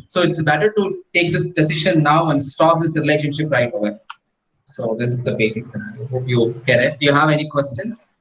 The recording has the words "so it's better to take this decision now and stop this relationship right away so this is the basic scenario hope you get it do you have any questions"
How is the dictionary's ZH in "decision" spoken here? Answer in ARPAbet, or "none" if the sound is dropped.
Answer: SH